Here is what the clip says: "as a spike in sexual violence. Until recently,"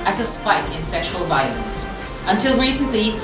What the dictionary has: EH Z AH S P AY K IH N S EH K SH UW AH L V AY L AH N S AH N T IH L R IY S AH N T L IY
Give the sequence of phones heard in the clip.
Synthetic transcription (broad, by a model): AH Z AH S P AY K IH N S EH K SH UW AH L V AY L AH N S AH N T IH L R IY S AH N T L IY